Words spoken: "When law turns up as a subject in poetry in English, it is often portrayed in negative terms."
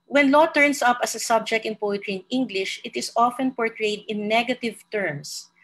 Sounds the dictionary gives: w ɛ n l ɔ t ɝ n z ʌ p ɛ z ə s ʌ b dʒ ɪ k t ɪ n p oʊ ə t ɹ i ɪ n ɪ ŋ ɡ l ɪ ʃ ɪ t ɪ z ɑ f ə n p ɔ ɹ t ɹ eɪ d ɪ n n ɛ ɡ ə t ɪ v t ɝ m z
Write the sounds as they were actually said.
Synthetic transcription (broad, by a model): w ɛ n l ɔ t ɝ n s ʌ p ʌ s ə s ʌ b dʒ ɪ k t ɪ n p oʊ ə t ɹ i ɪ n ɪ ŋ ɡ l ɪ ʃ ɪ t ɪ s ɑ f ə n p ɔ ɹ t ɹ eɪ d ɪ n n ɛ ɡ ə t ɪ v t ɝ m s